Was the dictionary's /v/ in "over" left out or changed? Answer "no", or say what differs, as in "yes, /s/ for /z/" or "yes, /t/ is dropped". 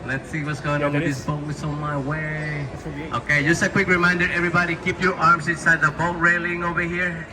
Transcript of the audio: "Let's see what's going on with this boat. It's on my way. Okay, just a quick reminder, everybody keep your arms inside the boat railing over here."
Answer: no